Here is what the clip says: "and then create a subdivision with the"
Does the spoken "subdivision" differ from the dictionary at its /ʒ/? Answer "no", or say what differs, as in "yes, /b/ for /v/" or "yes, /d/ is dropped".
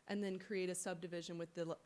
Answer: no